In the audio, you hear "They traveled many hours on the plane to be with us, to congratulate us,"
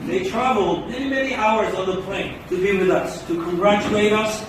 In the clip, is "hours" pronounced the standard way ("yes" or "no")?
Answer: yes